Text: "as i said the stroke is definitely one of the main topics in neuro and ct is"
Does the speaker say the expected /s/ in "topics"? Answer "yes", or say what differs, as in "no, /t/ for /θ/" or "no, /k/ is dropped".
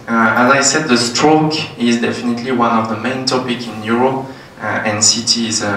no, /s/ is dropped